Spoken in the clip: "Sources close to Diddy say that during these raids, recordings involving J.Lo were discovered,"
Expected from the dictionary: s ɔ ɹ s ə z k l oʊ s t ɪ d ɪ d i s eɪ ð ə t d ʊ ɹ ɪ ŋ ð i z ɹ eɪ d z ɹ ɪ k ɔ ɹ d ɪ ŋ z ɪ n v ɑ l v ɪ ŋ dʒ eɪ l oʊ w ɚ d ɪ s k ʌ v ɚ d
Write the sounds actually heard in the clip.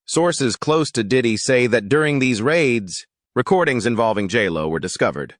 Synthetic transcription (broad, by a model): s ɔ ɹ s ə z k l oʊ s t ɪ d ɪ d i s eɪ ð ə t d ʊ ɹ ɪ ŋ ð i z ɹ eɪ d z ɹ ɪ k ɔ ɹ d ɪ ŋ z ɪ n v ɑ l v ɪ ŋ dʒ eɪ l oʊ w ɚ d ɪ s k ʌ v ɚ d